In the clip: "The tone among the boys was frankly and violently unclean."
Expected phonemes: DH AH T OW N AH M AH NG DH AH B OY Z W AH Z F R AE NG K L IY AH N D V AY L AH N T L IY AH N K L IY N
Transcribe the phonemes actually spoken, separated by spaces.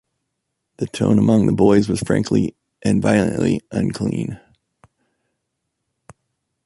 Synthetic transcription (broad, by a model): DH AH T OW N AH M AH NG DH AH B OY Z W AH Z F R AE NG K L IY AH N V AY L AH N T L IY AH N K L IY N